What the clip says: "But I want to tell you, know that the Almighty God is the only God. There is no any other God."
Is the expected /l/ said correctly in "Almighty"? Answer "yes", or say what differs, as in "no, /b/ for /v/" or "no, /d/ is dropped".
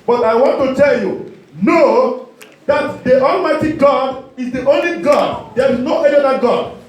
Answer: yes